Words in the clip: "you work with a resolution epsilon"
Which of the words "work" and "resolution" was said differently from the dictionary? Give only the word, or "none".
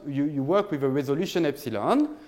none